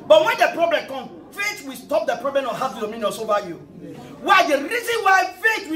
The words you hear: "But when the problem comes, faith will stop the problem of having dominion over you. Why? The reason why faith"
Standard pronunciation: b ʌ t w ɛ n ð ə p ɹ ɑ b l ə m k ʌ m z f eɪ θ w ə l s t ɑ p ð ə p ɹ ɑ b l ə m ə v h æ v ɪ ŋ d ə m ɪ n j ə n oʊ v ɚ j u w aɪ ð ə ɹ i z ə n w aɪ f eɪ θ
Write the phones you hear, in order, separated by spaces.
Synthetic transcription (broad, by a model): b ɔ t w ɛ n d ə p ɹ ɑ b l ə m k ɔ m f eɪ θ w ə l s t ɑ p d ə p ɹ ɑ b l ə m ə h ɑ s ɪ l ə m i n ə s oʊ v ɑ j u w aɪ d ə ɹ i z ə n w aɪ f eɪ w